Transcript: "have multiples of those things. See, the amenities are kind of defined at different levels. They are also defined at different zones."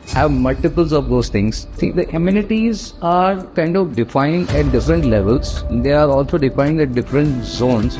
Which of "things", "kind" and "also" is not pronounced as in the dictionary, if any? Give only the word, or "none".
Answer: things